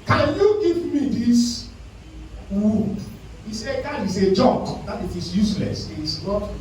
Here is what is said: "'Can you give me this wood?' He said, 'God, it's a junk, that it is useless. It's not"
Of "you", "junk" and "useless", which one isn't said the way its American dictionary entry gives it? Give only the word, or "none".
junk